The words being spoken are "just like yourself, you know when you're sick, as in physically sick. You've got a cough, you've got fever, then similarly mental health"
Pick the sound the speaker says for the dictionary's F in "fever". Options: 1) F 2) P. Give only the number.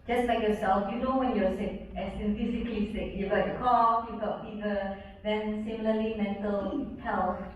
2